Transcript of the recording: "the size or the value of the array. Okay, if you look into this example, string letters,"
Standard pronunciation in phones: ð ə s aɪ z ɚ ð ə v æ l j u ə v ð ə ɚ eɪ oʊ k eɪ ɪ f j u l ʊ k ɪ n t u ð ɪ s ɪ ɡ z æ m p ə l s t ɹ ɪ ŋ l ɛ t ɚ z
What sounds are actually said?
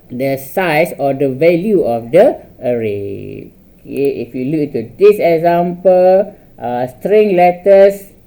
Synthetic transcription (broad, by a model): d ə s aɪ s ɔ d ə v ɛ l j u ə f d ə ɚ eɪ oʊ k eɪ ɪ f j u l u k ɪ n t u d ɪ s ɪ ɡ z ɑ m p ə l s t ɹ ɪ ŋ l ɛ t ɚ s